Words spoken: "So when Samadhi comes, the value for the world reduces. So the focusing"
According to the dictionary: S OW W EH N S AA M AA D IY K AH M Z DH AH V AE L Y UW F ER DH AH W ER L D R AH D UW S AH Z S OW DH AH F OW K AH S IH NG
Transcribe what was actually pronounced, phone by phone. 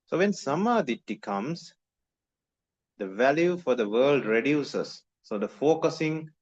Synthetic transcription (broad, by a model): S OW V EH N S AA M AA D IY K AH M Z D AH V AE L Y UW F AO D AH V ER L D R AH D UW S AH S OW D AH F OW K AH S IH NG